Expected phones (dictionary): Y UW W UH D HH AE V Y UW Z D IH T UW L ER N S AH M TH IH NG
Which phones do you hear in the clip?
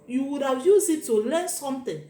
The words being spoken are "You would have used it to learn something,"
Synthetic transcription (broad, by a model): Y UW W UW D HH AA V Y UW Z IH T UW L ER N S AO M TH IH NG